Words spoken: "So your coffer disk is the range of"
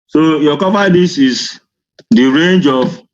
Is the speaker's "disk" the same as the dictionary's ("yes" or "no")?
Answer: no